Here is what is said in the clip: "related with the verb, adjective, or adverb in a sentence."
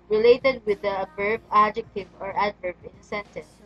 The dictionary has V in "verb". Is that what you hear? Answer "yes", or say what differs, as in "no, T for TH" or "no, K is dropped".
no, B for V